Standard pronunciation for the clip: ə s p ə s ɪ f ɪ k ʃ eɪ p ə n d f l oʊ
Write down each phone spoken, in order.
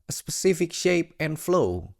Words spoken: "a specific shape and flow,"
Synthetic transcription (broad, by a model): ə s p ə s ɪ f ɪ k ʃ eɪ p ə n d f l oʊ